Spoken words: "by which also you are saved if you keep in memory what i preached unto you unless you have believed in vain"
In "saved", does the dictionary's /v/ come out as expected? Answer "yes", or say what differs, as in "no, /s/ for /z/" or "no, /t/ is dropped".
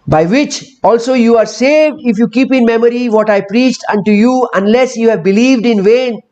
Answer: yes